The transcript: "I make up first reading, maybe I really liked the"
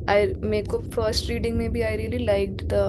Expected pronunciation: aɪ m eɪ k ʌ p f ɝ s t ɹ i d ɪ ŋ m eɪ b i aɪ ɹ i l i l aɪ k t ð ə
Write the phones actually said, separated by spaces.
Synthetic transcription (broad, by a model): aɪ m eɪ k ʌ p f ɝ s t ɹ i d ɪ ŋ m eɪ b i aɪ ɹ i l i l aɪ k t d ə